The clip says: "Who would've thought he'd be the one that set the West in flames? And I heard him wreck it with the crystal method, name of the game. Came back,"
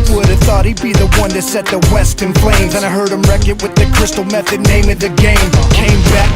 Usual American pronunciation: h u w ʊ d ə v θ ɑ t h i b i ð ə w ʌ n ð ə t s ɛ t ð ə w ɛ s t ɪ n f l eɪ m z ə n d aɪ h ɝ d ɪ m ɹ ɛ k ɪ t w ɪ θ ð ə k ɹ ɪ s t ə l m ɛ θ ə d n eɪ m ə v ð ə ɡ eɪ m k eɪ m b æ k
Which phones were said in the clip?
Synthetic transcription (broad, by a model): w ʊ d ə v θ ɑ t h i b i ð ə w ʌ n ð ə t s ɛ t ð ə w ɛ s t ɪ n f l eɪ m z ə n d aɪ h ɝ d ɪ m ɹ ɛ k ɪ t w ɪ ð ə k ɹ ɪ s t l m ɛ θ ə d n eɪ m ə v ð ə ɡ eɪ m k eɪ m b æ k